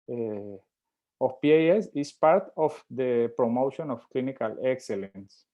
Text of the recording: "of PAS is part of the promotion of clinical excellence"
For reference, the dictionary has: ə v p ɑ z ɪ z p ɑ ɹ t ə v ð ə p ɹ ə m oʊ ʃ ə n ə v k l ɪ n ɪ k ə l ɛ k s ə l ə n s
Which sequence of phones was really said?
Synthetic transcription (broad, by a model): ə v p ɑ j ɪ s p ɑ ɹ t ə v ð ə p ɹ ə m oʊ ʃ ə n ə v k l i n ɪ k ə l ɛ k s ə l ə n s